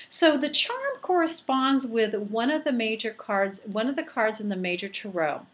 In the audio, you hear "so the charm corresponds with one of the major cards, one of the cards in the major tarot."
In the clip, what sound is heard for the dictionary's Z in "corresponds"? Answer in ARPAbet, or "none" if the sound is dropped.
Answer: Z